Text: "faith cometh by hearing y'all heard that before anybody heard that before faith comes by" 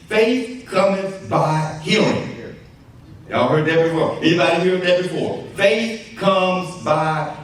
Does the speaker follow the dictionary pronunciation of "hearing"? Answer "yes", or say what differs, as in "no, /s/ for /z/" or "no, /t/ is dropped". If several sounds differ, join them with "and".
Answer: no, /l/ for /ɹ/